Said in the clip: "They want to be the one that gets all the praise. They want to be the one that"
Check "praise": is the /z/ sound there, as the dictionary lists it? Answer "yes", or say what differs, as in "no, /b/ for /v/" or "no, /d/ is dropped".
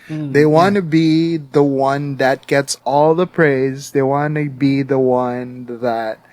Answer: yes